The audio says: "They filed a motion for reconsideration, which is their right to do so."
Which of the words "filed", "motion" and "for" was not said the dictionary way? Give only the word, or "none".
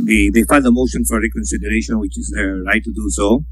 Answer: filed